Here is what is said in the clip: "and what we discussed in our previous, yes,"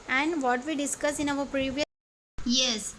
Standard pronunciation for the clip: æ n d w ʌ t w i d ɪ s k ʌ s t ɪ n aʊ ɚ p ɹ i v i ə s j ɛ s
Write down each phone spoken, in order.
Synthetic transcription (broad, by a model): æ n d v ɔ t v i d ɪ s k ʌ s ɪ n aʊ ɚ p ɹ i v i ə j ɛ s